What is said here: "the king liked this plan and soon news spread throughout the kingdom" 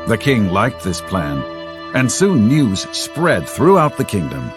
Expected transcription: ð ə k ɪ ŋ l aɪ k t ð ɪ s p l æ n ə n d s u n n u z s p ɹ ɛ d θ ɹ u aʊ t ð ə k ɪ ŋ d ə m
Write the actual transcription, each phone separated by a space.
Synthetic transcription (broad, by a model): ð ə k ɪ ŋ l aɪ k t ð ɪ s p l æ n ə n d s u n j u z s p ɹ ɛ d θ ɹ u aʊ t ð ə k ɪ ŋ d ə m